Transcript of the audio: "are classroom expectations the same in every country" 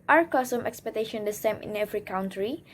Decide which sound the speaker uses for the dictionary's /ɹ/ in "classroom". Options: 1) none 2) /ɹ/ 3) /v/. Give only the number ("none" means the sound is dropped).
1